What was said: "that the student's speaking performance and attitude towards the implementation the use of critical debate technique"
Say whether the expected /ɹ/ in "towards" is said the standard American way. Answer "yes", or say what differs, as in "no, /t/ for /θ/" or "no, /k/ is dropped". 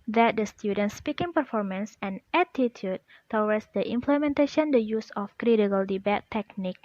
no, /w/ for /ɹ/